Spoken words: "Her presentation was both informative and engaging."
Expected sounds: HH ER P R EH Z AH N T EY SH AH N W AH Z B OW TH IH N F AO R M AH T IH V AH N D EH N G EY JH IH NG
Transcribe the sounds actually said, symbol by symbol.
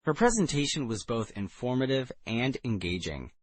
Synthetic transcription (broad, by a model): HH ER P R EH Z AH N T EY SH AH N W AH Z B OW TH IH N F AO R M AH T IH V AH N D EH N G EY JH IH NG